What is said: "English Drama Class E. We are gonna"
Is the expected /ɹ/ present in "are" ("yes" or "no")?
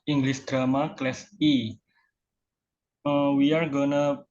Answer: yes